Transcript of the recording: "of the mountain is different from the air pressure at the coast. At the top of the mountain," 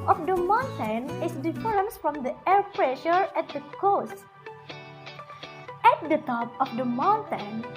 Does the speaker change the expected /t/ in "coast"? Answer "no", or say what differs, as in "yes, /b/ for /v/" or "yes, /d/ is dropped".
no